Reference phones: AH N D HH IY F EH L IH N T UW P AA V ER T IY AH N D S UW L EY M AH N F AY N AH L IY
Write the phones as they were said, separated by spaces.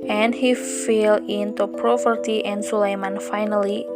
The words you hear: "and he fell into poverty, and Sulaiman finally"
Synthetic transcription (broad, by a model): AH N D HH IY F EH L IH N T UW P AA P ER T IY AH N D S UW L EY M AH N F AY N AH L IY